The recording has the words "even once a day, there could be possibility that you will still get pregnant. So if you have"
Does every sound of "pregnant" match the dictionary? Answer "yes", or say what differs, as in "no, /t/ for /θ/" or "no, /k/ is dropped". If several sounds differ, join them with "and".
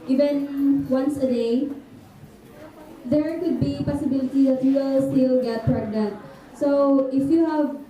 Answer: yes